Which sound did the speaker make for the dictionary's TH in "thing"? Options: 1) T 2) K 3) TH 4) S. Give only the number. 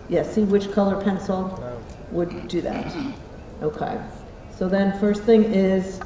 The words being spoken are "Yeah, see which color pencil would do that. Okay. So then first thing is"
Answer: 3